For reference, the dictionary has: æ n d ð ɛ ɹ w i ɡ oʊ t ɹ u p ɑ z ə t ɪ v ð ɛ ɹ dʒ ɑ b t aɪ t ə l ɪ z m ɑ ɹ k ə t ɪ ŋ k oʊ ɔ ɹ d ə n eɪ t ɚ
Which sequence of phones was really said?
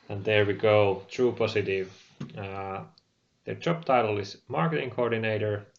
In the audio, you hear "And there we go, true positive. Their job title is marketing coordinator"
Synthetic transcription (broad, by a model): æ n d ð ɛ ɹ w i ɡ oʊ t ɹ u p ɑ s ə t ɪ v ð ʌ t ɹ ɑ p t aɪ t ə l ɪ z m ɑ ɹ k ə t ɪ ŋ k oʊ ɔ ɹ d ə n eɪ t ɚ